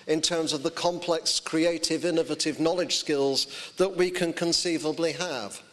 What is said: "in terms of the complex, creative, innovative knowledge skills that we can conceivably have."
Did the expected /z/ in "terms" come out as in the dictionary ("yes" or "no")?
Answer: yes